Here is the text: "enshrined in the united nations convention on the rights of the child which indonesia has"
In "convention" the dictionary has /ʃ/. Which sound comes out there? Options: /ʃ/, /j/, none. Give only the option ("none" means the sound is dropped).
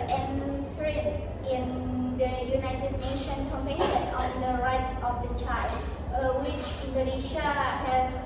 none